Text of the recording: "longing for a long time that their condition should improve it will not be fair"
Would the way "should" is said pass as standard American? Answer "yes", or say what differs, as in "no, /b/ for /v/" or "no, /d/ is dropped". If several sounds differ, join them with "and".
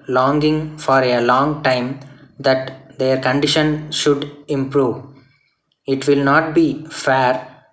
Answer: yes